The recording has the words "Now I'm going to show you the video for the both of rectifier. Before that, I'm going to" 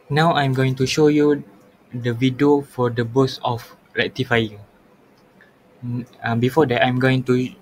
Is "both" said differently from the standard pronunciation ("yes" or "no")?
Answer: yes